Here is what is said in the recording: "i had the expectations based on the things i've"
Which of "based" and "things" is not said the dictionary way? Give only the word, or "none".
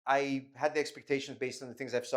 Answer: none